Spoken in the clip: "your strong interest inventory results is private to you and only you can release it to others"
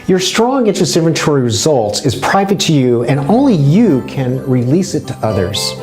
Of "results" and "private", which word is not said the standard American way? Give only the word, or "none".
none